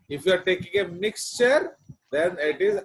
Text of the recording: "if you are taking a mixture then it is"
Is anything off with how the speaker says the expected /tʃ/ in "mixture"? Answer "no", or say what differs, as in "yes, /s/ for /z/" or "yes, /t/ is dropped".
no